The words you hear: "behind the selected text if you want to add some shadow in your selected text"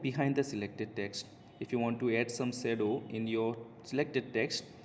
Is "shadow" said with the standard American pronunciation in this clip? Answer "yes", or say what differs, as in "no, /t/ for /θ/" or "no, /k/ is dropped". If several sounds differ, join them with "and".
no, /s/ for /ʃ/